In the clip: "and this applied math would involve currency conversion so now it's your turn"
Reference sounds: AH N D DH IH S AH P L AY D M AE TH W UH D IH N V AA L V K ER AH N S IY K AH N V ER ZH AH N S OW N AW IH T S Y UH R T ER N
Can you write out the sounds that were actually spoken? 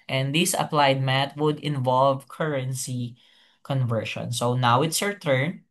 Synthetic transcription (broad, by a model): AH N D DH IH S AH P L AY D M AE T W UH D IH N V AA L V K ER AH N S IY K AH N V ER SH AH N S OW N AW IH T S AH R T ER N